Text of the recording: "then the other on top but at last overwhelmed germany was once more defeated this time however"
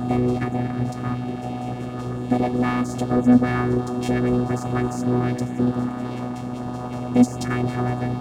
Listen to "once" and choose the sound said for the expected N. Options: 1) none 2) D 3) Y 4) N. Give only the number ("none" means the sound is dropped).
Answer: 4